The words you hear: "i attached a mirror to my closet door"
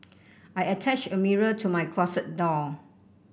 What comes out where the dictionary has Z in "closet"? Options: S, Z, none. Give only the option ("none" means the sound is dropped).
S